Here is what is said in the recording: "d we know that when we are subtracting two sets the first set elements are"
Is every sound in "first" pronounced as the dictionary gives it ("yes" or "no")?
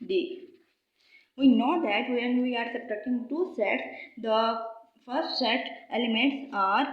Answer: yes